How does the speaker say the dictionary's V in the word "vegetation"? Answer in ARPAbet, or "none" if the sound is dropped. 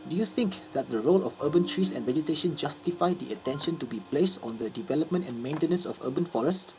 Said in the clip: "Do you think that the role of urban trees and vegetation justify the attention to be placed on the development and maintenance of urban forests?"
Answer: V